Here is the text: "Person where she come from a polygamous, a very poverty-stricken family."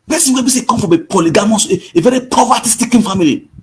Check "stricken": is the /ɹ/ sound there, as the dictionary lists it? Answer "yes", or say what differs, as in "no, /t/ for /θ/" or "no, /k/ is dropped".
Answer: no, /ɹ/ is dropped